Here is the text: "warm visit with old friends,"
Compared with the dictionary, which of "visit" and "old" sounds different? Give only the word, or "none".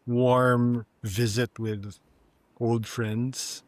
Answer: none